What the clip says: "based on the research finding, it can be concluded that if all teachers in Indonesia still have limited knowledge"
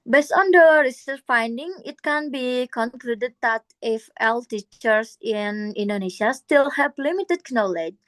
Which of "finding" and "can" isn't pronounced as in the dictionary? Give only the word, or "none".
none